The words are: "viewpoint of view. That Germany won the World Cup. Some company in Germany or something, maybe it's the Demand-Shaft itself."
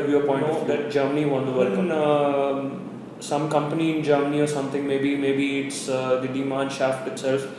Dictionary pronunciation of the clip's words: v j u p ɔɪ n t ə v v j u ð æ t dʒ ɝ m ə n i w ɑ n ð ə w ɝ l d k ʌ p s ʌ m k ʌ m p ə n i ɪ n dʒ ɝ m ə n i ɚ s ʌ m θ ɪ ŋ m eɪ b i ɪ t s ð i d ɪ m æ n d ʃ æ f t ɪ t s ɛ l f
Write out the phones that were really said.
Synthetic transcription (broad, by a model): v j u p ɔɪ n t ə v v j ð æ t dʒ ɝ m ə n i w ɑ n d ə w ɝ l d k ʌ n s ʌ m k ʌ m p ə n i ɪ n dʒ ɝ m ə n i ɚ s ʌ m t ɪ ŋ m eɪ b i ɪ t s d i d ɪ m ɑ n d ʃ æ f t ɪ t s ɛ l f